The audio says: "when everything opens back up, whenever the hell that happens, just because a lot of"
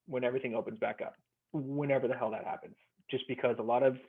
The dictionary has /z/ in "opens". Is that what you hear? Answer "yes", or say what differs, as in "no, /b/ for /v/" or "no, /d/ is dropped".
yes